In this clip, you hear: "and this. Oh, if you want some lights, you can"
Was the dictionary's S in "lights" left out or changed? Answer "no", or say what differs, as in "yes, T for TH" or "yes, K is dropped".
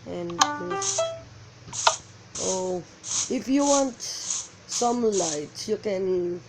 yes, S is dropped